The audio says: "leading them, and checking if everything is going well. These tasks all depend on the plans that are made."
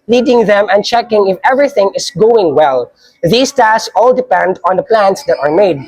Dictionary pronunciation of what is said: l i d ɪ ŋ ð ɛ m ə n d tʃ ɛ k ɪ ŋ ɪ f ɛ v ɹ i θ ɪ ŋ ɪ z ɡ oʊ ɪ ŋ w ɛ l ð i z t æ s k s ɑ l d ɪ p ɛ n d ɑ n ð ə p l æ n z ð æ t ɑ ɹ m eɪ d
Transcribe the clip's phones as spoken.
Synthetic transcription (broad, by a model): l i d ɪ ŋ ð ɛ m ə n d tʃ ɛ k ɪ ŋ ɪ f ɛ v ɹ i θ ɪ ŋ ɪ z ɡ oʊ ɪ ŋ w ɛ l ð i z t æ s s ɑ l d ɪ p ɛ n d ɑ n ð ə p l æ n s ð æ t ɑ ɹ m eɪ d